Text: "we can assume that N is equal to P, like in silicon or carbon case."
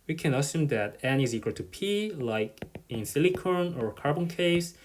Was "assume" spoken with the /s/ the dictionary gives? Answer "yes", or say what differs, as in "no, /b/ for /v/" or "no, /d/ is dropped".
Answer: yes